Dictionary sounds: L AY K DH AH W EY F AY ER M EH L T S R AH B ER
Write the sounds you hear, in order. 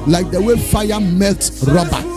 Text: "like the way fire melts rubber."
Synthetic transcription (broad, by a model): L AY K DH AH W EY F AY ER M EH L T R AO B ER